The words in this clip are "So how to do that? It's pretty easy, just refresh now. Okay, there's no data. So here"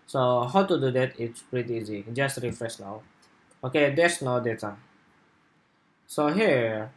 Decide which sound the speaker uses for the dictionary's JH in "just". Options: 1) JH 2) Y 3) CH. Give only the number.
1